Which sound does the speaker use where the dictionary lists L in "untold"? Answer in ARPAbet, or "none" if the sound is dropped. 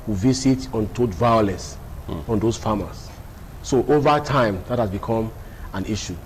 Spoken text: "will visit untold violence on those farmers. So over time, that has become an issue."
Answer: none